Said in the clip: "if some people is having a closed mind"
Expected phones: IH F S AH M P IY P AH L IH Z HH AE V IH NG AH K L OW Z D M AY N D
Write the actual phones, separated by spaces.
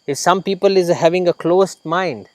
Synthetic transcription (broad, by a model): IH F S AH M P IY P AH L IH Z HH AE V IH NG AH K L OW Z M AY N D